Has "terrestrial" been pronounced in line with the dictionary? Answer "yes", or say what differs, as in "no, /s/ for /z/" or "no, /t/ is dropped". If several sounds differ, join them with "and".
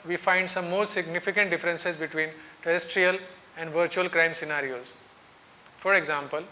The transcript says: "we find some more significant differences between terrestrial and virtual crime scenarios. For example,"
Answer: yes